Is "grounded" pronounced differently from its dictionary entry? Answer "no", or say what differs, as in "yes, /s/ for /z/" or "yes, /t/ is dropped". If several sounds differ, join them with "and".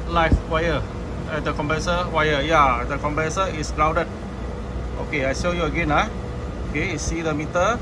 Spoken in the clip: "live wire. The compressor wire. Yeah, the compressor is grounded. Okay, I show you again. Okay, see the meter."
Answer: yes, /n/ is dropped